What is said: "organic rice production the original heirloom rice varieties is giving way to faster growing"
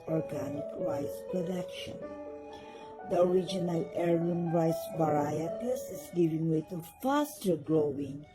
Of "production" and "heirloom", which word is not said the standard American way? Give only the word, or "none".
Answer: heirloom